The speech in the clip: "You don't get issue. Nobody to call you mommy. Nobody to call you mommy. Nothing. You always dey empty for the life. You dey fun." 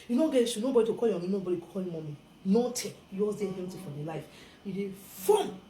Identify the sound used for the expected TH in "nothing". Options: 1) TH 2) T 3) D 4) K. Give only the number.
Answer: 2